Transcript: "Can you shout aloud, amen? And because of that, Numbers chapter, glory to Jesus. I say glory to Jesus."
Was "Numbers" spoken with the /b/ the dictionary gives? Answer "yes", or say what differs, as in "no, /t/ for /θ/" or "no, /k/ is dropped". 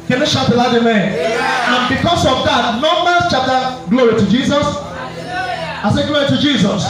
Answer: no, /b/ is dropped